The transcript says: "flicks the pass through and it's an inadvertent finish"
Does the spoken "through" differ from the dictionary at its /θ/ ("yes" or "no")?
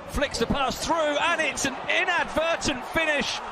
no